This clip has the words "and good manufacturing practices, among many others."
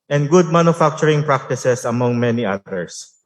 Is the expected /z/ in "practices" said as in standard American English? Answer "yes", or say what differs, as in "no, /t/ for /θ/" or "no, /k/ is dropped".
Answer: no, /s/ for /z/